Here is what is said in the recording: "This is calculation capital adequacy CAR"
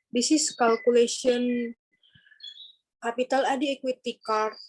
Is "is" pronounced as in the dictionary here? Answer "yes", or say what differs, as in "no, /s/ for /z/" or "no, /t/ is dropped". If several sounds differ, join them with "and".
no, /s/ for /z/